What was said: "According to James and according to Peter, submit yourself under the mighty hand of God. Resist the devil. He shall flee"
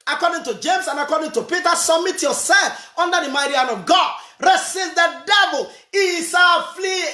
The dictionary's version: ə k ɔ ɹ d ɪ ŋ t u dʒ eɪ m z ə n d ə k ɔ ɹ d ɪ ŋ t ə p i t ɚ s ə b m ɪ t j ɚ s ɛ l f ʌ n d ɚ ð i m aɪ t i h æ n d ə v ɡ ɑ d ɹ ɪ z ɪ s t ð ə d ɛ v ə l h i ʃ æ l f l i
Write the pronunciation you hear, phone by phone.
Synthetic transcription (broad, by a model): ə k ɔ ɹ d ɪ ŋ t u dʒ eɪ m s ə n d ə k ɔ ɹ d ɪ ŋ t ə p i t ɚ s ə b m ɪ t j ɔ s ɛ l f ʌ n d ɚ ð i m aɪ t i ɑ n ə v ɡ ɑ d ɹ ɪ s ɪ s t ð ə d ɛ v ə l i s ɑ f l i